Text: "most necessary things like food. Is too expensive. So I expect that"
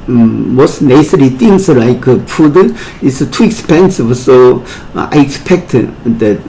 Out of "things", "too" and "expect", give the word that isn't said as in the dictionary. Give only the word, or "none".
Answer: things